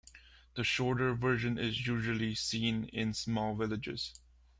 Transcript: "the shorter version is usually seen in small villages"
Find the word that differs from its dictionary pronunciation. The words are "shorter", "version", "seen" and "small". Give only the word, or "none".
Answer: none